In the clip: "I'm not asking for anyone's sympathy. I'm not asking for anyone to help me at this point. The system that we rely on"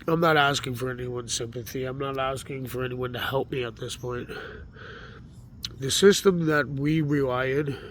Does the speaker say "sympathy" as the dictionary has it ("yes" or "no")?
yes